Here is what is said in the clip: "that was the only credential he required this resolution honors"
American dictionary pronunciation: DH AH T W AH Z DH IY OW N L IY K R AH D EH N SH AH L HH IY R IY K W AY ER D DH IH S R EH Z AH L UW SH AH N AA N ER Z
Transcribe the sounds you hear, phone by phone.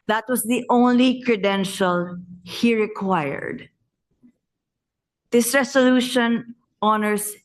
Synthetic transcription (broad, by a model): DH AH T W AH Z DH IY OW N L IY K R AH D EH N SH AH L HH IY R IY K W AY ER D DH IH S R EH S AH L UW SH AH N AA N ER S